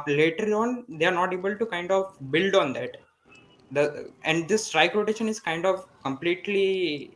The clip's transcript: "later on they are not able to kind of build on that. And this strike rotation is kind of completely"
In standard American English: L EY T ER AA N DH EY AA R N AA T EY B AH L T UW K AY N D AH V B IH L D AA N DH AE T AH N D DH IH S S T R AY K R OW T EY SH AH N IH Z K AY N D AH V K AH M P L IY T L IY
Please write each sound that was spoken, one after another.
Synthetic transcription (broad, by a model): L EY T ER AA N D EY AA R N AA T EY B AH L T UW K AY N D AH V B IH L D AA N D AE T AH N D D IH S S T R AY K R OW T EY SH AH N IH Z K AY N D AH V K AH M P L IY T L IY